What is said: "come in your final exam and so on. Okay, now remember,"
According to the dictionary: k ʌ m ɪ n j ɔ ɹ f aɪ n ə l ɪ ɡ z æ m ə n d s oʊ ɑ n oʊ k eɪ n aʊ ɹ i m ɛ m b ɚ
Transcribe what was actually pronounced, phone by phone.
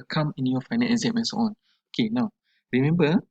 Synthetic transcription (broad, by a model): k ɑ m ɪ n j ɔ f aɪ n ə n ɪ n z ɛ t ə n s oʊ ɑ n oʊ k eɪ n aʊ ɹ i m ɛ m b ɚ